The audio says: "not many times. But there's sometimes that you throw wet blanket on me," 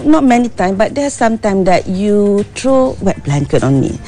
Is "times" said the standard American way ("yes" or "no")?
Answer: no